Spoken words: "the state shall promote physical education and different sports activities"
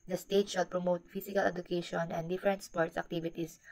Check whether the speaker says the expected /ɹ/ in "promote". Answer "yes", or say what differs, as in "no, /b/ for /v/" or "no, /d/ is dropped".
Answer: yes